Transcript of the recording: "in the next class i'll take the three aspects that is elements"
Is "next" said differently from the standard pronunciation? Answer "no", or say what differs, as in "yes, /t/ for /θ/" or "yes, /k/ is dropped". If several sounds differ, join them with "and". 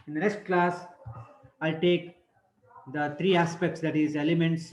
yes, /k/ is dropped